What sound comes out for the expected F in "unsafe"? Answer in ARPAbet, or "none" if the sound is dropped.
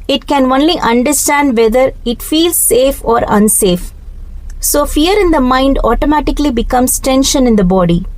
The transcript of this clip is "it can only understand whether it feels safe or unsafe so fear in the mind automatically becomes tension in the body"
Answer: F